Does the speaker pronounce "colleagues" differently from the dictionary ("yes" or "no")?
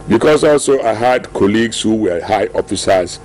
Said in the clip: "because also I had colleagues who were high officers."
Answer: yes